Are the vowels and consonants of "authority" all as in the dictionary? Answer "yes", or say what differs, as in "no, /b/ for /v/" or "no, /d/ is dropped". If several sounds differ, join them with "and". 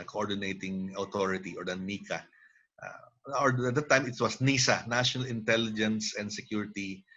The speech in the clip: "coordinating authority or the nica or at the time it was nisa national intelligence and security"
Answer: no, /t/ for /θ/